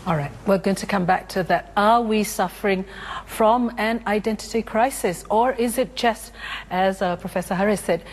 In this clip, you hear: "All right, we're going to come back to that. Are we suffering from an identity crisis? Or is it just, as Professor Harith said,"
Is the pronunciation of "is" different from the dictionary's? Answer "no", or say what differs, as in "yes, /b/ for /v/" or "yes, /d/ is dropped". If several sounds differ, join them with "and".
no